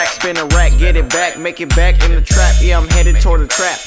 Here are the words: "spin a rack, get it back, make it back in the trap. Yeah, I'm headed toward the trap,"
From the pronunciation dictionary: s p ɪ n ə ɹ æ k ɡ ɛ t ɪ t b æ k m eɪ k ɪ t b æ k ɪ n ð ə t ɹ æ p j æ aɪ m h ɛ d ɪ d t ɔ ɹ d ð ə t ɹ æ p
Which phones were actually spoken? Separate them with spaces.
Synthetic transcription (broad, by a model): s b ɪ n ə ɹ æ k ɡ ɛ t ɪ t b æ k m eɪ k ɪ t b æ k ɪ n ð ə t ɹ æ p j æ aɪ m h ɛ d ɪ d t ɔ ɹ d ð ə t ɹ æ p